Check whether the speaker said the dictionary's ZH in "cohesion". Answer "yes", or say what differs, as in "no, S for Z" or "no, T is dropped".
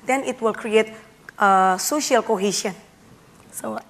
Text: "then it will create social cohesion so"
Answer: no, SH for ZH